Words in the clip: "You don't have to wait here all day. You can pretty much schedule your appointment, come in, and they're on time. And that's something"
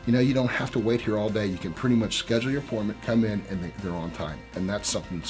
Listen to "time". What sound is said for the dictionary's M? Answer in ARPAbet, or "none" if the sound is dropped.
M